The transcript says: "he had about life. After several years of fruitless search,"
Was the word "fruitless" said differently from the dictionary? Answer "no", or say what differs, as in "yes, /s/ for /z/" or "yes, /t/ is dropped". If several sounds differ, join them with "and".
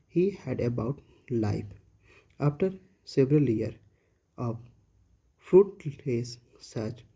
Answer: yes, /l/ is dropped